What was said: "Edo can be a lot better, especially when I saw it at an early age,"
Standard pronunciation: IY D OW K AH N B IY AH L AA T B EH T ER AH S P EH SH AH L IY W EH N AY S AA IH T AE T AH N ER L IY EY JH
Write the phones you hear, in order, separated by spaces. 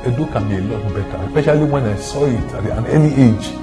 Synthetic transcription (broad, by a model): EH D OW K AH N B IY AH L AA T B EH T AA AH S P EH SH AH L IY W EH N AY S AA IH T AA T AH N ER N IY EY JH